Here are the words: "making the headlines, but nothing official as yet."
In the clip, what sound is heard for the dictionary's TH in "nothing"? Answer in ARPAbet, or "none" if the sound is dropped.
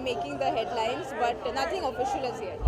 T